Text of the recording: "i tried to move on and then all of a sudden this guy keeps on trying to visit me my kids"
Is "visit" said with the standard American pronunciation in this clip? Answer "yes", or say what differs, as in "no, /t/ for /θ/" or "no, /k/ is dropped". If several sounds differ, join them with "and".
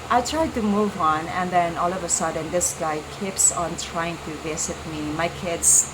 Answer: no, /s/ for /z/